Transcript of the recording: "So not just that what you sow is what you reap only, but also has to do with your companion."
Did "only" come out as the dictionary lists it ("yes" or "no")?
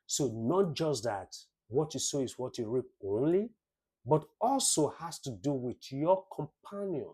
yes